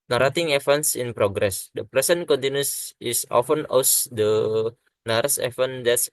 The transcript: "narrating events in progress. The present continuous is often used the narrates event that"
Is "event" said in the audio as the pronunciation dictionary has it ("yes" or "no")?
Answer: no